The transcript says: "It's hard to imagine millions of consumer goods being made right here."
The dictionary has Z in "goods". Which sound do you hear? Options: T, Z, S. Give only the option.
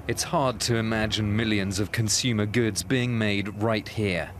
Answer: Z